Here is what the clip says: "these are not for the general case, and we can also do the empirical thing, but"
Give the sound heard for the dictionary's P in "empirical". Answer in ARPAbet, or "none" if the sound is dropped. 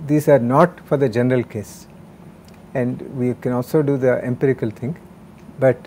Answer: P